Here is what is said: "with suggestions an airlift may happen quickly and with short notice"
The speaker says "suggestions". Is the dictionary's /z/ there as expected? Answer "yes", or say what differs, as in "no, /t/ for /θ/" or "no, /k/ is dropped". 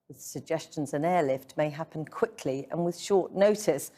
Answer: yes